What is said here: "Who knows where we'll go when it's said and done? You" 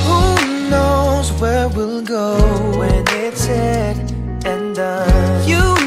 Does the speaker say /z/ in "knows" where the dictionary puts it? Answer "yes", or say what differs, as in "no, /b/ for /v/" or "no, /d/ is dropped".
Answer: yes